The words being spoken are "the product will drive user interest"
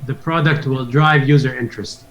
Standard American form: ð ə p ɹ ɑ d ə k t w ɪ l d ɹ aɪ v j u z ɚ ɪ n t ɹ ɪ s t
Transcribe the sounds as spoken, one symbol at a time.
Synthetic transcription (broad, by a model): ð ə p ɹ ɑ d ə k t w ɪ l d ɹ aɪ v j u z ɚ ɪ n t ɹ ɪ s t